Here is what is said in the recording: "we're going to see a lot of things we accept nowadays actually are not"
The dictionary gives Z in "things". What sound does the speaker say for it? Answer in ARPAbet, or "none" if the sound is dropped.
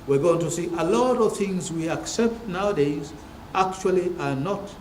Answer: Z